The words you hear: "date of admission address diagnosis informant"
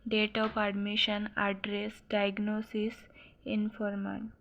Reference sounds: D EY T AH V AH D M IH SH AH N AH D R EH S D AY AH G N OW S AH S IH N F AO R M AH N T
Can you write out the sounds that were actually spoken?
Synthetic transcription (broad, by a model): D EY T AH P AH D M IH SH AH N AH D R EH S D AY G N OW S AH S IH N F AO R M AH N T